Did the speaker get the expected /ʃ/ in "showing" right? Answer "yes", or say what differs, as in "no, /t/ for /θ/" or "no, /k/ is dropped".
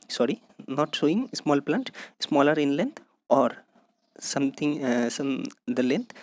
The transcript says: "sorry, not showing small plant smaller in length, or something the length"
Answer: no, /s/ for /ʃ/